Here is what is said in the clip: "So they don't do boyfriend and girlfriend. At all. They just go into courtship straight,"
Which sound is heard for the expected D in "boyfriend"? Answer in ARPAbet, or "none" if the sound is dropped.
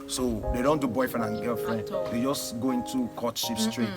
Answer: none